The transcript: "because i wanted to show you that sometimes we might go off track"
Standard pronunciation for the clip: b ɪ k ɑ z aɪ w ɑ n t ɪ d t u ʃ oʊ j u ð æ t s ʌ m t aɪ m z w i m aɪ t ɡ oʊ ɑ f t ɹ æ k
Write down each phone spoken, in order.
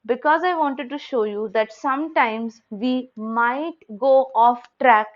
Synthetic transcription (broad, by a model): b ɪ k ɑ z aɪ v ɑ n t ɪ d t u ʃ oʊ j u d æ t s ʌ m t aɪ m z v i m aɪ t ɡ oʊ ɑ f t ɹ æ k